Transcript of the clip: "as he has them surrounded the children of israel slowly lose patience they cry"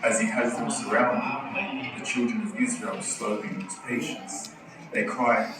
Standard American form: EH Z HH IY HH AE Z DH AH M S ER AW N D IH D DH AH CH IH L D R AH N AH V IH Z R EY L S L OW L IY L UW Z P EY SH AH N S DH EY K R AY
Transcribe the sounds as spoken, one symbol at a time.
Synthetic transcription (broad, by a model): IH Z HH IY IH Z DH AH M S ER AW N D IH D DH AH CH IH L D R AH N AH V IH Z R EY L S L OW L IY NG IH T P EY SH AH N S DH EY K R AY